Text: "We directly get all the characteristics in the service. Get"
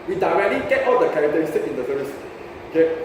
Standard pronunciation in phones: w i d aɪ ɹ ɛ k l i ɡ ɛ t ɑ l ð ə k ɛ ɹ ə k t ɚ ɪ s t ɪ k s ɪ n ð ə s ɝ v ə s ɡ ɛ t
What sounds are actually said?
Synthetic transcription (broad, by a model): w i d aɪ ɹ ɛ k l i ɡ ɛ t ɑ l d ə k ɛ ɹ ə k t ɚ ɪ s t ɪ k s ɪ n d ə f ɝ ə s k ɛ